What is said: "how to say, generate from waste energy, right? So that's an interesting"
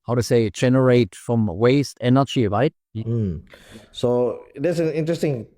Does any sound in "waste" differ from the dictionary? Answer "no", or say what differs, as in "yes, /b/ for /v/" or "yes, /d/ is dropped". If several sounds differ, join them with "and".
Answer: no